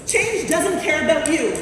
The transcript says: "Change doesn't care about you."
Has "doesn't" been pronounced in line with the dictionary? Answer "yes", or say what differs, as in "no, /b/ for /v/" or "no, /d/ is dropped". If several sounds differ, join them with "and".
yes